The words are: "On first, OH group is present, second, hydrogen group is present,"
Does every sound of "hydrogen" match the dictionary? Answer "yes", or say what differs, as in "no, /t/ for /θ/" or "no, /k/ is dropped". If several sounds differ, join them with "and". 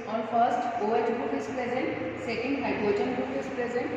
no, /ɹ/ is dropped